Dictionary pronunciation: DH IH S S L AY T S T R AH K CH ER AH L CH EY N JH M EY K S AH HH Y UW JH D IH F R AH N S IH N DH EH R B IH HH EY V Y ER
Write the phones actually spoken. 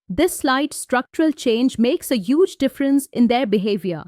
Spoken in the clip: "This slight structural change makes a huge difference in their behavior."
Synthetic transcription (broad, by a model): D IH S S L AY T S T R AH K CH ER AH L CH EY N JH M EY K S AH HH Y UW JH D IH F R AH N S IH N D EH R B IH HH EY V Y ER